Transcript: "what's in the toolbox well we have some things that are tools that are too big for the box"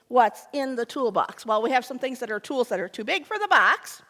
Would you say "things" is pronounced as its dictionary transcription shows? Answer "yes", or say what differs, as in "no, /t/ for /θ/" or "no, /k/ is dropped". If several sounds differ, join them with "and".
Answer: yes